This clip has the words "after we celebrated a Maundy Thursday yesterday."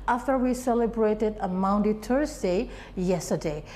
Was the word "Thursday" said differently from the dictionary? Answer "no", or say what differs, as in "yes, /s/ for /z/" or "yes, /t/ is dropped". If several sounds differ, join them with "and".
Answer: yes, /t/ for /θ/